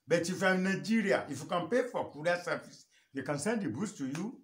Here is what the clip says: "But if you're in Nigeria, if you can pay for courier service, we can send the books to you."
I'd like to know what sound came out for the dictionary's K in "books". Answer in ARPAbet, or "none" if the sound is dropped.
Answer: none